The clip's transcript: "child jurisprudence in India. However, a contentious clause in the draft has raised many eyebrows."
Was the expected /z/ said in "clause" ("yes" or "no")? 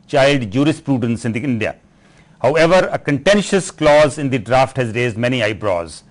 yes